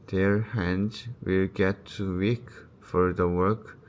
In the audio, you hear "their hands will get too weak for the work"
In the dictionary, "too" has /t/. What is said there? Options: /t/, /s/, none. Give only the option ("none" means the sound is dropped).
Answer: /t/